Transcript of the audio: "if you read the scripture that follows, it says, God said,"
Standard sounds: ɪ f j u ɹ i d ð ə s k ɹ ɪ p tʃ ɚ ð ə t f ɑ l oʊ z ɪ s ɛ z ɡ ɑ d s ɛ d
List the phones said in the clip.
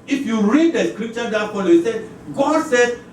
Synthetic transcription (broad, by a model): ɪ f j u ɹ i d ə s k ɹ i p tʃ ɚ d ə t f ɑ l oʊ ɪ s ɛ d ɡ ɑ d s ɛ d